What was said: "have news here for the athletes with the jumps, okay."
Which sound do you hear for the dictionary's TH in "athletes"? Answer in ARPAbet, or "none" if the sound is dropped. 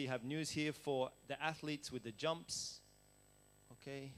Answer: TH